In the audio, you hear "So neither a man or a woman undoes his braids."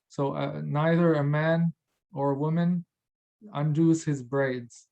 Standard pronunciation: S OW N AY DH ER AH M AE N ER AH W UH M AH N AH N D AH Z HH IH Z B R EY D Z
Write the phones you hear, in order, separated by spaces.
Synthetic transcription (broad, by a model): S OW N AY DH ER AH M AE N ER AH W UH M AH N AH N D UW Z HH IH Z B R EY D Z